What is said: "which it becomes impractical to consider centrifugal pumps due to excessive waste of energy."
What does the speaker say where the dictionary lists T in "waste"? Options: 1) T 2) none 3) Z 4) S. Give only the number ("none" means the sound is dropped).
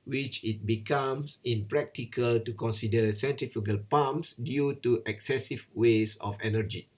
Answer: 2